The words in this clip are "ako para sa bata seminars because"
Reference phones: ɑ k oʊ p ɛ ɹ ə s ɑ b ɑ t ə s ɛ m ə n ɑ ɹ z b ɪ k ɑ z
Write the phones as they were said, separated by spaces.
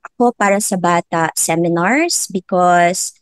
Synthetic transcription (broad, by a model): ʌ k oʊ p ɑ ɹ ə s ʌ b ɑ t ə s ɛ m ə n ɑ ɹ s b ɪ k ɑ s